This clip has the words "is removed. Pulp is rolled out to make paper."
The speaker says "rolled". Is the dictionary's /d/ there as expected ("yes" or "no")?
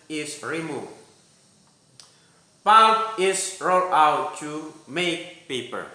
no